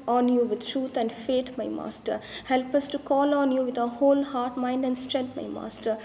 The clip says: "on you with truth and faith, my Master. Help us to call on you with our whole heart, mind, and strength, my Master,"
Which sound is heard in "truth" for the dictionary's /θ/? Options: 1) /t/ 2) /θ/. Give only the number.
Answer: 1